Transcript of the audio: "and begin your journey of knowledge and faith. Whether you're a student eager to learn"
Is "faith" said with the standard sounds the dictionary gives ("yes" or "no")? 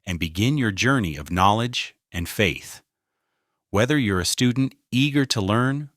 yes